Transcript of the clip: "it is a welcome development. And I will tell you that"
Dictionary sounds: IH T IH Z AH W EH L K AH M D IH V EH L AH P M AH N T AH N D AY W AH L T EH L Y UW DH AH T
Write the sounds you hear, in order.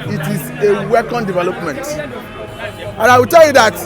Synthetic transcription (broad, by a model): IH T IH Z AH W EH K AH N D IH V EH L AH P M AH N T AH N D AY W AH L T EH L Y UW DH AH T